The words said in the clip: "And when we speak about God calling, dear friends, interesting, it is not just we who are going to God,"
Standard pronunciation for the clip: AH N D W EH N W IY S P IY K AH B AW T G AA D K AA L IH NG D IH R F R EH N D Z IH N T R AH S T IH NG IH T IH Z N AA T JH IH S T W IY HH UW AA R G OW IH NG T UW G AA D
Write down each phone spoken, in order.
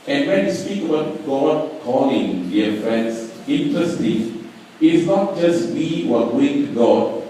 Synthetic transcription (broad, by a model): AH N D W EH N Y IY S P IY K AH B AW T G AA D K AA L IH NG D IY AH F R EH N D S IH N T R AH S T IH IH T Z N AA T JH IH S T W IY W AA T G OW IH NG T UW G AA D